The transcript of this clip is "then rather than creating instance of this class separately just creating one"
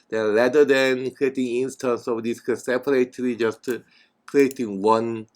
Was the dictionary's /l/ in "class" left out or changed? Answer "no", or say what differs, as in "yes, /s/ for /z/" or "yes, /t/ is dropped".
yes, /l/ is dropped